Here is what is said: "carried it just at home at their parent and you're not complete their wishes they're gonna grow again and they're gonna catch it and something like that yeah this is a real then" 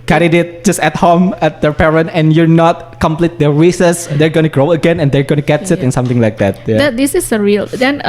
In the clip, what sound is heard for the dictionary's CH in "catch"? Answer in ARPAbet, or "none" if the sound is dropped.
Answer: S